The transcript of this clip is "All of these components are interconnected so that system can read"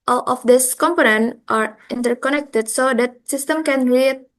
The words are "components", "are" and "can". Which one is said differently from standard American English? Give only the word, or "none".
components